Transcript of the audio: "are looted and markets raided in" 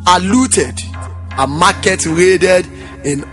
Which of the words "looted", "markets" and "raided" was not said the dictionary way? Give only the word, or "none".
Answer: markets